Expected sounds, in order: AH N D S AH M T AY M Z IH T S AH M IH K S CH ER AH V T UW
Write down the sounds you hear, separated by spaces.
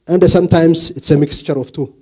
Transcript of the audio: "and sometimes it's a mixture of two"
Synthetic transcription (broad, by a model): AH N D S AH M T AY M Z IH T S AH M IH K S CH ER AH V T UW